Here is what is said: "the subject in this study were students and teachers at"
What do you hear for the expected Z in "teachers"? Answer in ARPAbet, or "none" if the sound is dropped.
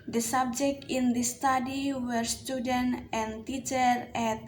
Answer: none